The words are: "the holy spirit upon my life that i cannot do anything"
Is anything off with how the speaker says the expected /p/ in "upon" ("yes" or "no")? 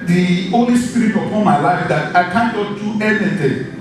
yes